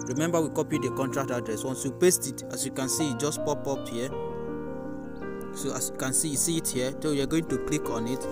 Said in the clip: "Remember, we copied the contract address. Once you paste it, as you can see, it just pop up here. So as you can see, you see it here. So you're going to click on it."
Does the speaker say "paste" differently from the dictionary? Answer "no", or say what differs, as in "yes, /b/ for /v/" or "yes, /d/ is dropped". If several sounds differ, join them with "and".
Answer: no